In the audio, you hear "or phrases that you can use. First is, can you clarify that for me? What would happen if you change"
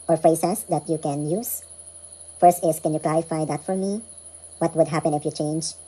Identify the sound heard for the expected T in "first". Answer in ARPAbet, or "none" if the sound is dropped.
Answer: T